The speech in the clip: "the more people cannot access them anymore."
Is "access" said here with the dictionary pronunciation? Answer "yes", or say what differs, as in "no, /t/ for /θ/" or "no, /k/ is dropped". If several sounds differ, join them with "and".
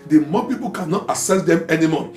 no, /k/ is dropped